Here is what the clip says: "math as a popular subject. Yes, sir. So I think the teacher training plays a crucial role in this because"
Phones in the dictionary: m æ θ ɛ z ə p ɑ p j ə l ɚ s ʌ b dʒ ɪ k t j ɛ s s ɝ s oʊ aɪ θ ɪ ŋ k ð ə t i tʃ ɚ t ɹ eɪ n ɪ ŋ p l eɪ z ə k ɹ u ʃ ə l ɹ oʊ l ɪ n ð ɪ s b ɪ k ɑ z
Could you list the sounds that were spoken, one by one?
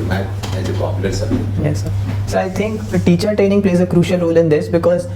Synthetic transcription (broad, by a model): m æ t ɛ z ə p ɑ p j ə l ɚ s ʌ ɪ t j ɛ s s ɝ s oʊ aɪ t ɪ ŋ k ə t i tʃ ɚ t ɹ eɪ n ɪ ŋ p l eɪ z ə k ɹ u ʃ ə l ɹ oʊ l ɪ n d ɪ s b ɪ k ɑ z